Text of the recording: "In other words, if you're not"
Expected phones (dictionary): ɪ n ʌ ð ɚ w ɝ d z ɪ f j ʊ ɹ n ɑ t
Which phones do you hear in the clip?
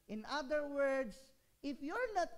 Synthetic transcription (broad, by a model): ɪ n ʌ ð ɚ w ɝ d s ɪ f j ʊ ɹ n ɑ t